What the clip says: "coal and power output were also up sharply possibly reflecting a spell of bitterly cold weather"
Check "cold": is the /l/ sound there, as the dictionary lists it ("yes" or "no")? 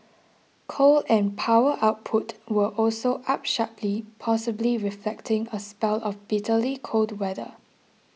yes